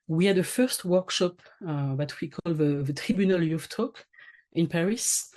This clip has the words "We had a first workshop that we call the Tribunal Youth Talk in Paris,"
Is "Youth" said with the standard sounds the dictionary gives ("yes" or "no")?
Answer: no